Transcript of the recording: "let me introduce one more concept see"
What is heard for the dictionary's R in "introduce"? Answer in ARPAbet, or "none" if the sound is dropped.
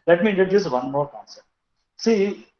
none